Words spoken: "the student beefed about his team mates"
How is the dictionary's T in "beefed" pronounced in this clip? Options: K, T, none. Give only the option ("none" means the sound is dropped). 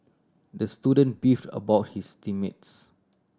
T